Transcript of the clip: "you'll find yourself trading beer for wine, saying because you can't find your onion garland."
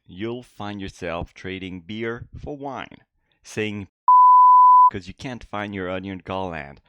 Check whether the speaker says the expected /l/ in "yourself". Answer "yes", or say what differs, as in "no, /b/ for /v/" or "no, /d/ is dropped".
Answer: yes